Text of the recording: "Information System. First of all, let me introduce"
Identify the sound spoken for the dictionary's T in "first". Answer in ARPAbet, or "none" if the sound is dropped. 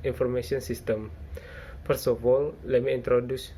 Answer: none